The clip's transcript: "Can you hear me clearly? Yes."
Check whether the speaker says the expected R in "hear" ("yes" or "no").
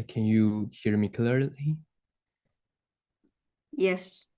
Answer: yes